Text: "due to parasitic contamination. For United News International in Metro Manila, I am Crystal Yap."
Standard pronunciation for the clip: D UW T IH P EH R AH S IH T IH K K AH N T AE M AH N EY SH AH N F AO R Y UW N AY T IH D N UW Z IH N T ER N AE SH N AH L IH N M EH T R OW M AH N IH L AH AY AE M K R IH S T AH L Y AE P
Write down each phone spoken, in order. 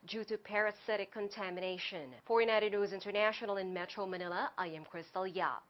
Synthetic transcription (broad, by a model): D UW T IH P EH R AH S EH T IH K K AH N T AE M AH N EY SH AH N F AO R Y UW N AY T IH D N UW Z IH N T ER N AE SH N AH L IH N M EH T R OW M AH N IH L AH AY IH M K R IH S T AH L Y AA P